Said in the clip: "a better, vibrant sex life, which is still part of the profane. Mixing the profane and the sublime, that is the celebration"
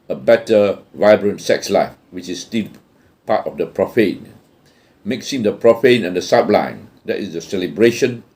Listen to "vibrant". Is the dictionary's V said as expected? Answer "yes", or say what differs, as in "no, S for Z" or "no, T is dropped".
yes